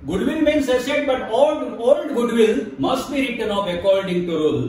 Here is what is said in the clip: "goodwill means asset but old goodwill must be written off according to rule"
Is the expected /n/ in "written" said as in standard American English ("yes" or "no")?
yes